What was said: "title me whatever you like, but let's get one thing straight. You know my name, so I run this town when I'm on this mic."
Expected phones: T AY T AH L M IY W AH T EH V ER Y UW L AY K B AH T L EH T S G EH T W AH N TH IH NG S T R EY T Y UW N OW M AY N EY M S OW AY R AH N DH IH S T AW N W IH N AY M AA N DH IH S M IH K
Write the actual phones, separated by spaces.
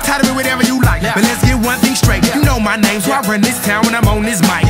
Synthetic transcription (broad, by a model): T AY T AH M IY W AH T EH V ER Y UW L AY K B AH T L EH T S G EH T W AH N TH IH NG S T R EY T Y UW N OW M AY N EY M S OW AY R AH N DH IH S T AW N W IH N AY M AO N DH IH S M IH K